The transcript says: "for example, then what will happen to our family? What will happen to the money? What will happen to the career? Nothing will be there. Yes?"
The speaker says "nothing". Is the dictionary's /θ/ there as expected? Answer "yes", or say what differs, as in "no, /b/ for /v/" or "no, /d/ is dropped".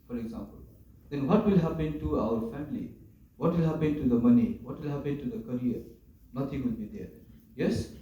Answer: no, /t/ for /θ/